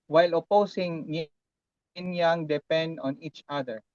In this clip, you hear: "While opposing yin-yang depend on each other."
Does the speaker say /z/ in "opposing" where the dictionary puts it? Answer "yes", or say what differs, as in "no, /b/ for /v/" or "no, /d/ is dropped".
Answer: no, /s/ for /z/